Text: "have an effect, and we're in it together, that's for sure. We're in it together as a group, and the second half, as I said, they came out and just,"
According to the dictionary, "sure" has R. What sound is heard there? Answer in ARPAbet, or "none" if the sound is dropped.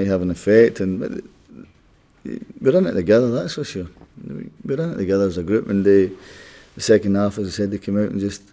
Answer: W